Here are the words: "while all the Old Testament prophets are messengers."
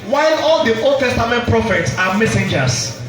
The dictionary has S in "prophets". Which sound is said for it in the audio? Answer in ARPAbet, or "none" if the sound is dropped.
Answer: S